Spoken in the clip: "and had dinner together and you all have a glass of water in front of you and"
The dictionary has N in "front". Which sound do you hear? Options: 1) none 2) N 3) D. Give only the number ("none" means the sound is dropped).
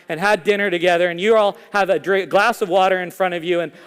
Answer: 1